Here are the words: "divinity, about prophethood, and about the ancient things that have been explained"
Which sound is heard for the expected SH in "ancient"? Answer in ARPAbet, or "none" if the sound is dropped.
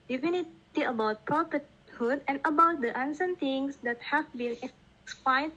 S